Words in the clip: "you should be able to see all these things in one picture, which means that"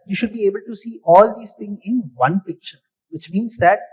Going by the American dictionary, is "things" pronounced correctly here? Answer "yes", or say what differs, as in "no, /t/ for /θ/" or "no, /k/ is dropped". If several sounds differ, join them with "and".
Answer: no, /t/ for /θ/